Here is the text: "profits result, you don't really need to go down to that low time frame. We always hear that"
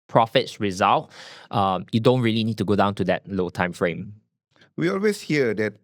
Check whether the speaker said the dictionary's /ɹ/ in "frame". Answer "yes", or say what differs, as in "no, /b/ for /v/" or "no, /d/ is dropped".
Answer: yes